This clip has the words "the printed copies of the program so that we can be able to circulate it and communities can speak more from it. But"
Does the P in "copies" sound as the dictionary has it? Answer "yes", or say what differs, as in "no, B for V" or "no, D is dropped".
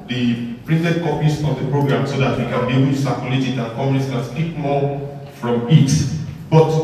no, F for P